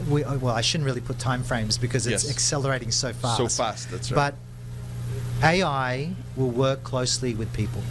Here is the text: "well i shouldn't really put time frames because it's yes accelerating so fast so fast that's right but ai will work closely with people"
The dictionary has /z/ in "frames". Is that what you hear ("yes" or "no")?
yes